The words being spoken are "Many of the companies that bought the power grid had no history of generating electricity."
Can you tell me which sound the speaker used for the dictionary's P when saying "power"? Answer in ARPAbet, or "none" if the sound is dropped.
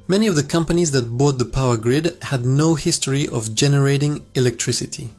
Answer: P